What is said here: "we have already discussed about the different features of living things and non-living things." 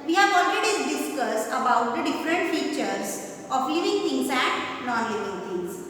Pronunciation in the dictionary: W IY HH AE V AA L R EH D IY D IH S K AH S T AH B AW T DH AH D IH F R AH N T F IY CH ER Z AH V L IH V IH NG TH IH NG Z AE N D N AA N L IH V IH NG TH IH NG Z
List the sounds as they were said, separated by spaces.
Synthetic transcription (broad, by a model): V IY HH AE V AA L R EH D IY D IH S K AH S AH B AW T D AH D IH F R AH N T F IY CH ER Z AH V L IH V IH NG T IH NG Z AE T N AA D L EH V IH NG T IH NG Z